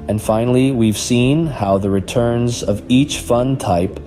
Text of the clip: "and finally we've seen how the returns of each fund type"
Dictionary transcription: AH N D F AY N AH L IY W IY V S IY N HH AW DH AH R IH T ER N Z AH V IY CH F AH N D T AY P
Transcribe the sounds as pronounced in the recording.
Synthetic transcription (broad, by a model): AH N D F AY N L IY W IY V S IY N HH AW DH AH R IH T ER N Z AH V IY CH F AH N T AY P